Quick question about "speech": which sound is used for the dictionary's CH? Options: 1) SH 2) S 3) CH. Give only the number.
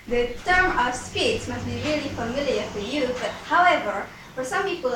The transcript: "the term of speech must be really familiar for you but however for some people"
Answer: 2